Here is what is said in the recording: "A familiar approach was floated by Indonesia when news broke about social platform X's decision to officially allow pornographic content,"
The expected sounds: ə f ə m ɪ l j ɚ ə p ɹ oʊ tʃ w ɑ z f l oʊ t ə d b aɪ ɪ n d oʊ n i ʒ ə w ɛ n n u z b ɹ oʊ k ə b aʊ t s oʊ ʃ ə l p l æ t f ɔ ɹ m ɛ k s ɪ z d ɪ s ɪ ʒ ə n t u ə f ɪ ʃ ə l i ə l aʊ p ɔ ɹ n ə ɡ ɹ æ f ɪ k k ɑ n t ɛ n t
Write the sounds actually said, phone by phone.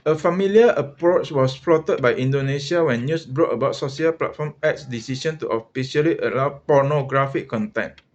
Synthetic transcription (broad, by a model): ə f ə m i l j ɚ ə p ɹ oʊ tʃ w ɑ s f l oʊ t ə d b aɪ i n d oʊ n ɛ s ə w ɛ n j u s b ɹ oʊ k ə b aʊ t s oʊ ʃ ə l p l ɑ t f ɔ m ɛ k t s d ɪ s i ʃ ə n t u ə f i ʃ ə l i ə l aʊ p ɔ n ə ɡ ɹ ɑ f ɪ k k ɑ n t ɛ n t